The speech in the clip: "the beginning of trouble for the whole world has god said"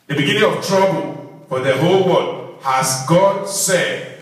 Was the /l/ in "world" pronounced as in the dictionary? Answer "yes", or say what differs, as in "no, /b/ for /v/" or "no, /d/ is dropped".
no, /l/ is dropped